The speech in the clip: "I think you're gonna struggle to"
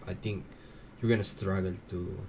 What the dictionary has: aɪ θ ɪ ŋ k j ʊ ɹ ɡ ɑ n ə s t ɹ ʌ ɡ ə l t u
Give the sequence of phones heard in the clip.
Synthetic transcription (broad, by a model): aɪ t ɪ ŋ k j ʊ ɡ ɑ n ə s t ɹ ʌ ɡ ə l t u